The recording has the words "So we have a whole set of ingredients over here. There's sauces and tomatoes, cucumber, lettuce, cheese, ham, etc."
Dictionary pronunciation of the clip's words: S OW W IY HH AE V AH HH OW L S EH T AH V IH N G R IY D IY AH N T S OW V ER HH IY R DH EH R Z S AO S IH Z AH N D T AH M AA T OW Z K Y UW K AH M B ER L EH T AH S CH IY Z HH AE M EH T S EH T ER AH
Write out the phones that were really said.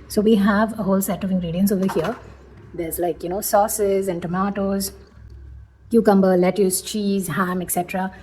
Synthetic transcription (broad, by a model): S OW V IY HH AE V AH HH OW L S EH T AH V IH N G R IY D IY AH N S OW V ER HH IY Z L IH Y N S AO S IH Z AH N D T AH M AA T OW Z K Y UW K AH M B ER L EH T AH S CH IY Z HH AE M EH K S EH T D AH